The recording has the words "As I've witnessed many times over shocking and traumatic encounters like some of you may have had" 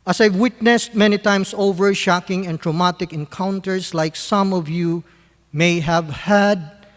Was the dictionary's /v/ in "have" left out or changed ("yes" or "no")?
no